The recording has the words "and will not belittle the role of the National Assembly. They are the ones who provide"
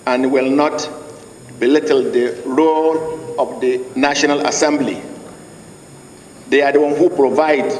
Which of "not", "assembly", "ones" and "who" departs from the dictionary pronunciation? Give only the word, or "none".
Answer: ones